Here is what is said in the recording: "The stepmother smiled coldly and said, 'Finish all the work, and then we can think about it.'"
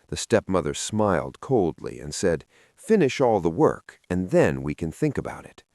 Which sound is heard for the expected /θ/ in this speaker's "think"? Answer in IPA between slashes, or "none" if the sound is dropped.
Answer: /θ/